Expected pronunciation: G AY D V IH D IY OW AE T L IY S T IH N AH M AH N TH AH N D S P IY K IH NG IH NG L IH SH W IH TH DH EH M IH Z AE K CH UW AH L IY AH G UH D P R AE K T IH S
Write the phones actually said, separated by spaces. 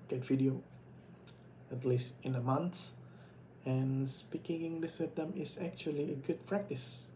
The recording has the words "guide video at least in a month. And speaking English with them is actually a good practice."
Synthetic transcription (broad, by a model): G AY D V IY D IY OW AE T L IY S T IH N AH M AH N S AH N S P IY K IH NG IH NG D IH S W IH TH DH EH M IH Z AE K CH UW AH L IY AH G UH D P R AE K T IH S